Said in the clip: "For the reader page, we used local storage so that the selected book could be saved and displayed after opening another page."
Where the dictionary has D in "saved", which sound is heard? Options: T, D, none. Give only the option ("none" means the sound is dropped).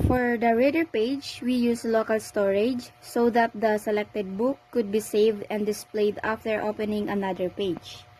D